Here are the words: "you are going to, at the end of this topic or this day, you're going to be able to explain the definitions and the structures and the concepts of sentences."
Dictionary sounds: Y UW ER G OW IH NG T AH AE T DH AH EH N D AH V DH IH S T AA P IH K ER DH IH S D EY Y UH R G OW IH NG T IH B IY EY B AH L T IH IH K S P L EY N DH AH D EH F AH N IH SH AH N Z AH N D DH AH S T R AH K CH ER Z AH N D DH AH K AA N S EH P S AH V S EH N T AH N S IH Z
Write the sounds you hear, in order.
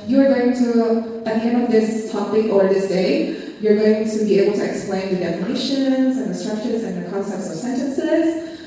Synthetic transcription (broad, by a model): Y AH ER G OW IH NG T AH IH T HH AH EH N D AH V DH IH S T AA P IH K ER DH IH S D EY Y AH R G OW IH NG T IH B IY EY B L T IH IH K S P L EY N DH AH D EH F AH N IH SH AH N Z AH N DH AH S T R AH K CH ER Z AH N DH AH K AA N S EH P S AH V S EH N T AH N S IH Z